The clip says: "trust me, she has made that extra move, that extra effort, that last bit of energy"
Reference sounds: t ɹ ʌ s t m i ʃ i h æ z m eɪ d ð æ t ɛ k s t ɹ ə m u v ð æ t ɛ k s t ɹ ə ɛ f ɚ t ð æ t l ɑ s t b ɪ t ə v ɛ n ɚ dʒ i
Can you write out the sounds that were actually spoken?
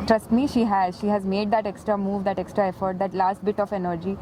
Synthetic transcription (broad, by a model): t ɹ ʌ s t m i ʃ i h æ z m eɪ d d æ t ɛ k s t ɹ ə m u v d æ t ɛ k s t ɹ ə ɛ f ɚ t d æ t l ɑ s t b ɪ t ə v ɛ n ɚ dʒ i